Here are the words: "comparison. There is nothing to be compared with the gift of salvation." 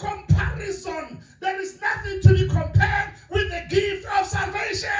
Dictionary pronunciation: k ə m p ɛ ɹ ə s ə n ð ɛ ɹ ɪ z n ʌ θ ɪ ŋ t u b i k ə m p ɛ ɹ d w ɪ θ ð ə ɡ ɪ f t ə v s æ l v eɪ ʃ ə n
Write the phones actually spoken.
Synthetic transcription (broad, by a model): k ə m p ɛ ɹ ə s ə n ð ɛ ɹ ɪ z n ʌ θ ɪ ŋ t u b i k ə m p ɛ ɹ d w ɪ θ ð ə ɡ ɪ f t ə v s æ l v eɪ ʃ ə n